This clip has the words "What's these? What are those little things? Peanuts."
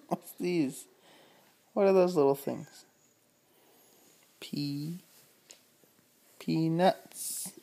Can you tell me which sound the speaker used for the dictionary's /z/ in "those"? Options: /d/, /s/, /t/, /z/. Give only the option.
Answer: /z/